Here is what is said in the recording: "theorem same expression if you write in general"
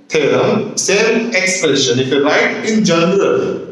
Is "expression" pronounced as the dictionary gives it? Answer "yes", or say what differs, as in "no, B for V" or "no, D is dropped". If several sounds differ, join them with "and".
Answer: no, R is dropped